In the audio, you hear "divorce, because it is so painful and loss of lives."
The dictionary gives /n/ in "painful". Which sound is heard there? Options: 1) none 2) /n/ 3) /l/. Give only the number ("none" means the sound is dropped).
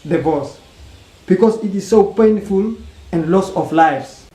2